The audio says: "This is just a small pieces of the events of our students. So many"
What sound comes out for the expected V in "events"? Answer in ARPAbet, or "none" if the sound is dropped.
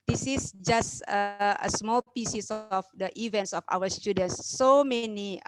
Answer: V